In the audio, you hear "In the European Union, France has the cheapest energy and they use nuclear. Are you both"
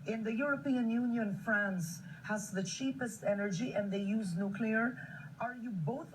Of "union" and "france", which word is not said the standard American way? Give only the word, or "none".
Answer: none